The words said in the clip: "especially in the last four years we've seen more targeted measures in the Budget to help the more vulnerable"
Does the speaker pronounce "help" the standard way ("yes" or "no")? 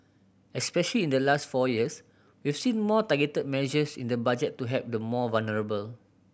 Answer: no